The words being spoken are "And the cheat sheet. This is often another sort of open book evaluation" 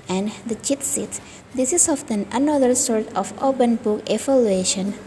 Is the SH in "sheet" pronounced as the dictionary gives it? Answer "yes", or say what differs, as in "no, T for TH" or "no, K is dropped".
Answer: no, S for SH